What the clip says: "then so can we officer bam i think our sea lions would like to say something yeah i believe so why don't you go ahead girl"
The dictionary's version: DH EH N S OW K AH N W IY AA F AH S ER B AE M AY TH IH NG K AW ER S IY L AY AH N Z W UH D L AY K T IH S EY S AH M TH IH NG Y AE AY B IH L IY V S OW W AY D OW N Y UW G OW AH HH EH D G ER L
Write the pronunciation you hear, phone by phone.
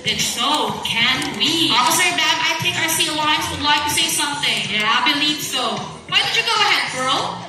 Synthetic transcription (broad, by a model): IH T S OW K AH N W IY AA AH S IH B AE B AY T IH K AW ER S IY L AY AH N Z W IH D L AY K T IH S EY S AH M TH IH NG Y AE AY B IH L IY V S OW W AY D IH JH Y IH G OW AH HH EH D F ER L